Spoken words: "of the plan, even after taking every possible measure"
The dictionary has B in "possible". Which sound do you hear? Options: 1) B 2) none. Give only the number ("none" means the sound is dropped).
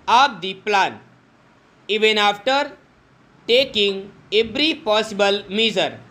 1